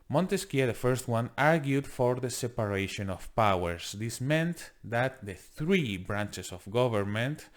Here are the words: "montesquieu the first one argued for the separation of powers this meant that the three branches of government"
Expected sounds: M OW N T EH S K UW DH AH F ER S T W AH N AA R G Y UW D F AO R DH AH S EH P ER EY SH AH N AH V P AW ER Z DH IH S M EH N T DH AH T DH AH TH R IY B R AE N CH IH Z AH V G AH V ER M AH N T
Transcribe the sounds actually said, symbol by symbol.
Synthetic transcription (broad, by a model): M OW N T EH S K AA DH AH F ER S T W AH N AA R G Y UW D F AO R DH AH S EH P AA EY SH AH N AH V P AW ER S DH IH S M EH N T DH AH T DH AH TH R IY B R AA N CH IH S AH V G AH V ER M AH N T